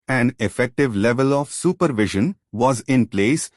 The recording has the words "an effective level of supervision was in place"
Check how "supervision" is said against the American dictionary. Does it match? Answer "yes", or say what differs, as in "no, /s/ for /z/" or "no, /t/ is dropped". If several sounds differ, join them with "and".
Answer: yes